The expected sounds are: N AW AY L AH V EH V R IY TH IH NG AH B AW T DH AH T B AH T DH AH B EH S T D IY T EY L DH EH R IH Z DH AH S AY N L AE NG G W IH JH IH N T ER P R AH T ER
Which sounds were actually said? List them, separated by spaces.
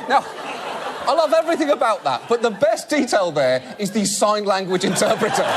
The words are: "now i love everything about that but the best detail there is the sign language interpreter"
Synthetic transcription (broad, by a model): N AW AY L AH V EH V R IY TH IH NG AH B AW T DH AH T B AH T DH AH B EH S D IY T EY L DH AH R IH Z DH AH S AY N L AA NG G W IH JH IH N T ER P R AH T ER